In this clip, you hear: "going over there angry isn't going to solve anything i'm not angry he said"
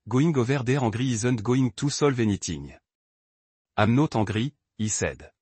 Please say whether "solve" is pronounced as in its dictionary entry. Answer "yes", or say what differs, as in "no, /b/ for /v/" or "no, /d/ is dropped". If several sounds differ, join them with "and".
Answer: yes